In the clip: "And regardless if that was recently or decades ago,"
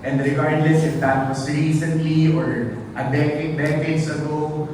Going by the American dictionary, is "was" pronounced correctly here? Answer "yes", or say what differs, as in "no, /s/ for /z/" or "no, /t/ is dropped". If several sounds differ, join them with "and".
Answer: no, /s/ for /z/